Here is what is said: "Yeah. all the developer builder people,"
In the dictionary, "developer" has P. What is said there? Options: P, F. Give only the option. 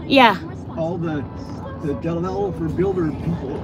F